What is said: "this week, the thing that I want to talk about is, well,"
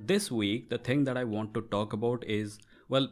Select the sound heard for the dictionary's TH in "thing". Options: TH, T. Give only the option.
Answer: T